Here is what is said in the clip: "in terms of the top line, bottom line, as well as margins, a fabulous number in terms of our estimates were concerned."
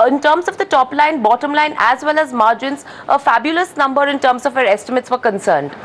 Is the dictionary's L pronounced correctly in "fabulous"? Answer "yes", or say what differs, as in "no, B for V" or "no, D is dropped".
yes